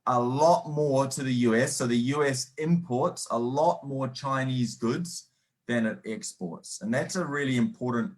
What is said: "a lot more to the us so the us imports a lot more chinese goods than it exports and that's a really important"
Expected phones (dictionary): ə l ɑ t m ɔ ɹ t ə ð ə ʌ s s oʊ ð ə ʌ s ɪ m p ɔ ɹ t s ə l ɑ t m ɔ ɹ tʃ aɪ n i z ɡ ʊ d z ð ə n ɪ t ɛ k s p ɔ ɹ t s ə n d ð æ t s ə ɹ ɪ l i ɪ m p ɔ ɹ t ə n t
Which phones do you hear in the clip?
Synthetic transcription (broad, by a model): ə l ɑ t m ɔ ɹ t ə ð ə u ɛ s oʊ ð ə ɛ s ɪ m p ɔ ɹ t s ə l ɑ t m ɔ ɹ tʃ aɪ n i z ɡ ʊ d z ð ə n ɪ t ɛ k s p ɔ ɹ t s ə n ð æ t s ə ɹ ɪ l i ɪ m p ɔ ɹ t n t